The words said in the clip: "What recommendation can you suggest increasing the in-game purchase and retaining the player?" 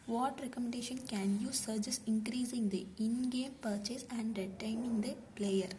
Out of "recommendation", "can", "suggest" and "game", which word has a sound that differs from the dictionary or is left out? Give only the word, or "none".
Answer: suggest